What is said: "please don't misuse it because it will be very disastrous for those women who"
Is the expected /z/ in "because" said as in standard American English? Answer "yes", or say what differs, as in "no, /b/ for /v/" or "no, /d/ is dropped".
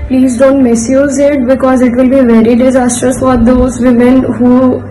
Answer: yes